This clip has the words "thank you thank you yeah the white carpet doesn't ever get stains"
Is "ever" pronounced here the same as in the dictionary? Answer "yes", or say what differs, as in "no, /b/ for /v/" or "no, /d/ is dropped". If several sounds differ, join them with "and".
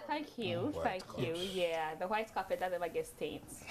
no, /v/ is dropped